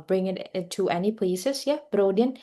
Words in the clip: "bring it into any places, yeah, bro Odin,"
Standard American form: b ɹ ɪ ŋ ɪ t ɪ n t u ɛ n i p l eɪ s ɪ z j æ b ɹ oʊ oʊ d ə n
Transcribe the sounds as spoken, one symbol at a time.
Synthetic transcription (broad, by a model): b ɹ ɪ ŋ ɪ t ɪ t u ɛ n i p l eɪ s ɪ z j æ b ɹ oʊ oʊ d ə n